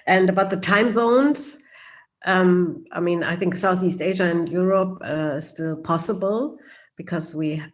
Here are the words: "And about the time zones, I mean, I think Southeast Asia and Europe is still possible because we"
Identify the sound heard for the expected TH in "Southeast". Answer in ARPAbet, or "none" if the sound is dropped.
TH